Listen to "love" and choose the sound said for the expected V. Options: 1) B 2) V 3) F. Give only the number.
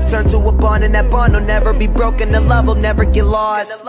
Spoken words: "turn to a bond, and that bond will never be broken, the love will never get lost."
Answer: 2